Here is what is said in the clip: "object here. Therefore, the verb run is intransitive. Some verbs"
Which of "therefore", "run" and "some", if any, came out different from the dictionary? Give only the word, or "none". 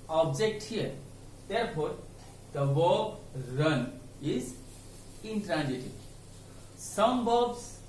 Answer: therefore